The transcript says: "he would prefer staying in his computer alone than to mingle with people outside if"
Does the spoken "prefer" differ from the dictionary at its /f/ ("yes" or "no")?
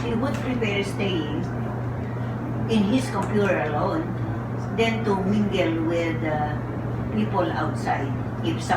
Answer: yes